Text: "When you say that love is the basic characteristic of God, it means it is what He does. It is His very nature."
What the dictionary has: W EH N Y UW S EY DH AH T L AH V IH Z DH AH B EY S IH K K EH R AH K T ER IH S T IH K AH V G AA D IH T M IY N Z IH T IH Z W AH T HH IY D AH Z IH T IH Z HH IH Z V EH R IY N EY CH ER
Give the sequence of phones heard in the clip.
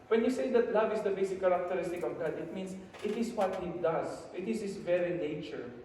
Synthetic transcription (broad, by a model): W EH N Y UW S EY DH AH T L AH V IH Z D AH B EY S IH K K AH R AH K T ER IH S T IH K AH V G AA D IH T M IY N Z IH T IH S W AH T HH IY D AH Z IH T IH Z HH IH S V EH R IY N EY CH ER